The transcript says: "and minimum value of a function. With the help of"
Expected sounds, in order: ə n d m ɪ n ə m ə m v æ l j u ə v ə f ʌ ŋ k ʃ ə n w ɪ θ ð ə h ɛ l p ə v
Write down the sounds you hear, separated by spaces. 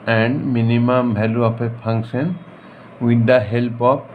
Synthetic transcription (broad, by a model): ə n d m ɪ n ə m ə m b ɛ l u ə p ə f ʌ ŋ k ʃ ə n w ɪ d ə h ɛ l p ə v